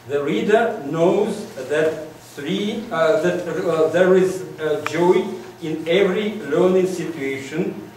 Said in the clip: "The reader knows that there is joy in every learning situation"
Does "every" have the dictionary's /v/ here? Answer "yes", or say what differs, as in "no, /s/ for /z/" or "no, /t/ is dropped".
yes